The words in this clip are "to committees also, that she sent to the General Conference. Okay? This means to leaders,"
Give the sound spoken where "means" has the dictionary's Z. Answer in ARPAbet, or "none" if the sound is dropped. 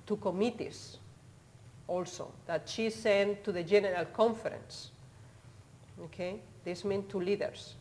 none